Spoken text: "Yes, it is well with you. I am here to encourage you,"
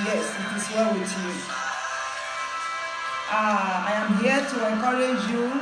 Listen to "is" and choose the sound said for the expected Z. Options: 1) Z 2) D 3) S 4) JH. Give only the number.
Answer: 3